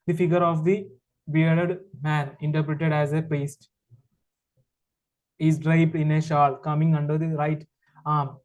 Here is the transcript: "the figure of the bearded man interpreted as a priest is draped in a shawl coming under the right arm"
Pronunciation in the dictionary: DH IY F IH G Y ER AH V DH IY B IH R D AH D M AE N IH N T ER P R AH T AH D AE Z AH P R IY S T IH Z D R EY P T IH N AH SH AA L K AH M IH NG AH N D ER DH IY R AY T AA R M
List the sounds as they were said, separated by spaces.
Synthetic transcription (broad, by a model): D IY F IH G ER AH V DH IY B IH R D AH D M AE N IH N T ER P R AH T AH D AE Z AH P EH S T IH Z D R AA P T IH N AH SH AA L K AH M IH NG AH N D ER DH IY R AY T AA R M